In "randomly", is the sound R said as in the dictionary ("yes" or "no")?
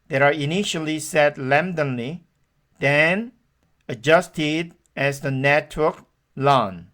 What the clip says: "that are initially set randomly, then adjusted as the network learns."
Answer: no